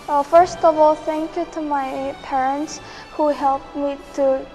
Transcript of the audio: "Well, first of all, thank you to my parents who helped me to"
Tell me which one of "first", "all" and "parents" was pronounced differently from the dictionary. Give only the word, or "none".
none